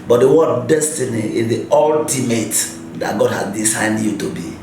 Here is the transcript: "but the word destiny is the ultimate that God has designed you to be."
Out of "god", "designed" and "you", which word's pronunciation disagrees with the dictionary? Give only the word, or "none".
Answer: designed